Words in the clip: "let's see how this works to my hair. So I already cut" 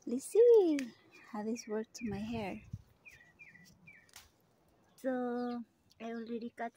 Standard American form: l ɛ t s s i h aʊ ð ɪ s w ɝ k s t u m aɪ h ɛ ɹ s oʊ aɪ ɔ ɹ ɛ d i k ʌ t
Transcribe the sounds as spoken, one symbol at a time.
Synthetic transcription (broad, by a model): l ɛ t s s i h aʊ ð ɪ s w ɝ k t u m aɪ h ɛ ɹ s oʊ aɪ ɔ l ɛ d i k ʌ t